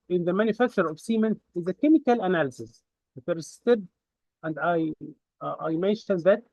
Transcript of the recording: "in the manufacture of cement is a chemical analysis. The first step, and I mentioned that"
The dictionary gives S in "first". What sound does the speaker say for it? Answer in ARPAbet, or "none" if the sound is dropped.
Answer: none